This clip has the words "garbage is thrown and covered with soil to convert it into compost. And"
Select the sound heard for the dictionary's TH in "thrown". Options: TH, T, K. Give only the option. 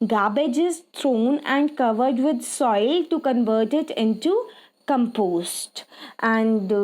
T